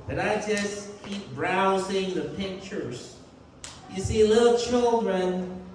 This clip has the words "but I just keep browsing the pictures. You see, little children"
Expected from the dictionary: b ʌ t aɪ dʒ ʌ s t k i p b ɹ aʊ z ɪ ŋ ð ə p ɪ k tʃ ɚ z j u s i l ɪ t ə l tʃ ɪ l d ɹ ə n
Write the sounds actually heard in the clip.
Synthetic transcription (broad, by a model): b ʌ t aɪ dʒ ʌ s k i p b ɹ aʊ z ɪ ŋ ð ə p ɪ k tʃ ɚ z j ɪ s i l ɪ t l tʃ ɪ l d ɹ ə n